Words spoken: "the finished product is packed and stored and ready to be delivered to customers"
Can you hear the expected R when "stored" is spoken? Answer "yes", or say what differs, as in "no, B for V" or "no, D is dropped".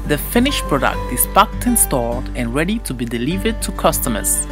no, L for R